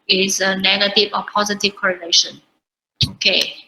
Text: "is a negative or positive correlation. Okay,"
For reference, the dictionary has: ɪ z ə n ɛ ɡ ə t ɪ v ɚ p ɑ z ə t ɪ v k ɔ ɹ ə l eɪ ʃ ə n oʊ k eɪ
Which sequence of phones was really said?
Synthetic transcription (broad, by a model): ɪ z ə n ɛ ɡ ə t ɪ v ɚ p ɑ z ə t ɪ v k ɔ ɹ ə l eɪ ʃ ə n oʊ k eɪ